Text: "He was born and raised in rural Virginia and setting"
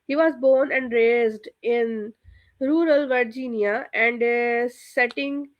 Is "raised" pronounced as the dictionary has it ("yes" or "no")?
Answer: yes